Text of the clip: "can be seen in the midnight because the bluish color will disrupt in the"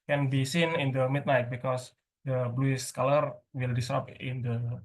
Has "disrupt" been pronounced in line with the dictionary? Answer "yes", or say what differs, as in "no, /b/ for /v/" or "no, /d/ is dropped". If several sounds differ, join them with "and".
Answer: no, /ɹ/ is dropped and /t/ is dropped